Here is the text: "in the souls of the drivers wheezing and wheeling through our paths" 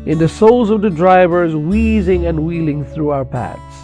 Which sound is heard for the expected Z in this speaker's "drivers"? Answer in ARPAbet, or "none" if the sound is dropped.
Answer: Z